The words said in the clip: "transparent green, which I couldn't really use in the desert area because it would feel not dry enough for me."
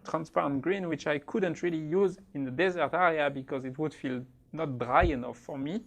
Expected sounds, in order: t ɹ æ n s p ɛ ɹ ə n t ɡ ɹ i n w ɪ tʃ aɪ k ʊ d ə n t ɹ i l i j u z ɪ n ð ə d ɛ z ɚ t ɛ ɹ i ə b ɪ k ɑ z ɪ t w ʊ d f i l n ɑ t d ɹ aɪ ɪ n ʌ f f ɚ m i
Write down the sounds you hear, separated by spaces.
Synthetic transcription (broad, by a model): t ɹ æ n s p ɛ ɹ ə n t ɡ ɹ i n w ɪ tʃ aɪ k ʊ d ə n t ɹ i l i j u z ɪ n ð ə d ɛ z ɚ t ɛ ɹ i ə b ɪ k ɑ z ɪ t w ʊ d f i l n ɑ t d ɹ aɪ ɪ n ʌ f f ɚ m i